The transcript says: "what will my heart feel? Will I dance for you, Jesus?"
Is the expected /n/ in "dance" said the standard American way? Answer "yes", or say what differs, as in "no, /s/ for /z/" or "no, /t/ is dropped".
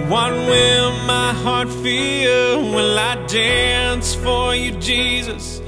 yes